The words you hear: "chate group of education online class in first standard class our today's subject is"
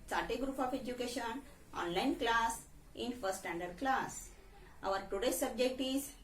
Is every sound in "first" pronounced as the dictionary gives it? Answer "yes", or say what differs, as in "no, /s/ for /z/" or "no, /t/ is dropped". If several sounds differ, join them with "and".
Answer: no, /s/ is dropped